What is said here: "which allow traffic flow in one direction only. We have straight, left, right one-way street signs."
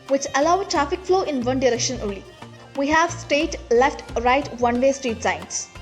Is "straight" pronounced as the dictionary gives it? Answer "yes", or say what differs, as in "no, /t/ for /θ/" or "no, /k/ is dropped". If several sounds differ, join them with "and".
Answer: no, /ɹ/ is dropped